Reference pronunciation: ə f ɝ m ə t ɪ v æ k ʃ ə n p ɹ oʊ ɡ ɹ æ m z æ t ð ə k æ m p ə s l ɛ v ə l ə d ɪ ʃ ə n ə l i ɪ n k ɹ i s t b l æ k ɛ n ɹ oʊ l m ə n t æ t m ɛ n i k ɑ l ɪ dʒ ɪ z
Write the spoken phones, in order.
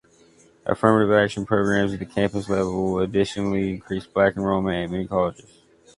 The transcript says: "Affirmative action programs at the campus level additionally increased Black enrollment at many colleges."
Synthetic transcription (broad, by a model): ə f ɝ m ə t ɪ v æ k ʃ ə n p ɹ oʊ ɡ ɹ æ m z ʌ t ð ə k æ m p ə s l ɛ v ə l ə d ɪ ʃ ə n l i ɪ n k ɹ i s b l æ k n ɹ oʊ m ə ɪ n m ɛ n i k ɑ l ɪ dʒ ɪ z